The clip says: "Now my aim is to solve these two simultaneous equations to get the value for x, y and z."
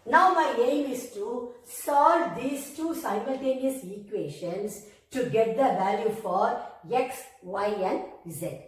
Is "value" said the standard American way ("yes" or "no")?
yes